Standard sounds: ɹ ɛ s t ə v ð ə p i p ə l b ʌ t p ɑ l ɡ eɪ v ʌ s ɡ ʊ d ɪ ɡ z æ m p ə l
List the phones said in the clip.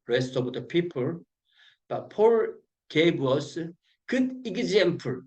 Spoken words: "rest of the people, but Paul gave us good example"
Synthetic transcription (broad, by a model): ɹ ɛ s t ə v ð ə p i p ə l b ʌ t p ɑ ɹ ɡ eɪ w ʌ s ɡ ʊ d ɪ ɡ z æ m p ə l